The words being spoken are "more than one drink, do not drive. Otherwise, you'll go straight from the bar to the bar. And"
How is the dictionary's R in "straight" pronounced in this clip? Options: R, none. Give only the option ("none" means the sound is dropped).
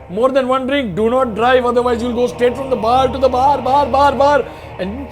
none